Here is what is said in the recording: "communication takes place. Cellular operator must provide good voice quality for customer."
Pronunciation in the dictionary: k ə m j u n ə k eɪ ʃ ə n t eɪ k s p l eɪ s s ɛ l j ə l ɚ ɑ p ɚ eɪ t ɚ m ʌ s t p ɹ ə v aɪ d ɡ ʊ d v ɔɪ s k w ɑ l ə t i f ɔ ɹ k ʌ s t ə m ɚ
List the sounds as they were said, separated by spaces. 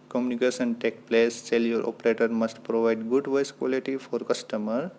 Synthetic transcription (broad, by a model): k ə m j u n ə k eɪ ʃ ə n t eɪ k p l eɪ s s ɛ l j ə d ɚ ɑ p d eɪ t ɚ m ʌ s t p ɹ ə v aɪ d ɡ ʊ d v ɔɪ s k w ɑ l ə t i f ɔ ɹ k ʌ s t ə m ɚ